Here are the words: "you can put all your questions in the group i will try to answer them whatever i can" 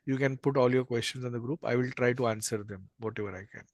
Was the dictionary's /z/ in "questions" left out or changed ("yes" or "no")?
yes